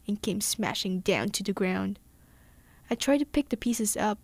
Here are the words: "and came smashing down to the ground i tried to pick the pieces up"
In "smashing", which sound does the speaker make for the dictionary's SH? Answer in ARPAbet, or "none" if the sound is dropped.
SH